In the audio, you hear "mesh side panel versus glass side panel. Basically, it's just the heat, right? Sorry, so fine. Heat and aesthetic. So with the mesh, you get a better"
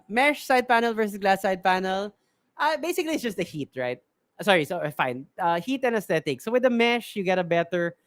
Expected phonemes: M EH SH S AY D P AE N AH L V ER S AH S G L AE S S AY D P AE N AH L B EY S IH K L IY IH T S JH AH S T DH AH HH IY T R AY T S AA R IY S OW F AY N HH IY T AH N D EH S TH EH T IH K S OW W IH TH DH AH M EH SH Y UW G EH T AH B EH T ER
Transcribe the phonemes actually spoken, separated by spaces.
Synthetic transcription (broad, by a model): M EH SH S AY D P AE N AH L V ER S AH S G L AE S S AY D P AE N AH L B EY S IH K L IY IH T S JH AH S T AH HH IY T R AY T S AA R IY S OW F AY N HH IY T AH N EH S T EH T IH K S OW W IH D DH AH M EH SH Y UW G EH T AH B EH T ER